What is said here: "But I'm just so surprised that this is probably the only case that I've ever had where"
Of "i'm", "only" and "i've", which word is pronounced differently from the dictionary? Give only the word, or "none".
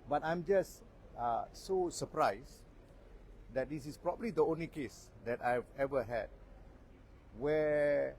none